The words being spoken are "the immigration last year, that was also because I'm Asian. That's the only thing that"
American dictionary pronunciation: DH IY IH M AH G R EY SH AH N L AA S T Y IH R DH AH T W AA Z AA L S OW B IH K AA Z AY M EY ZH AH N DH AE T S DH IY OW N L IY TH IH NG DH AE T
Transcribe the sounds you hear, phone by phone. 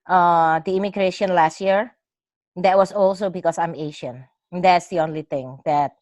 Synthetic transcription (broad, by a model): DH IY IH M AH G R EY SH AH N L AA S T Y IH R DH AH T W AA S AA L S OW B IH K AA S AY M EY SH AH N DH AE T S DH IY OW N L IY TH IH NG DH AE T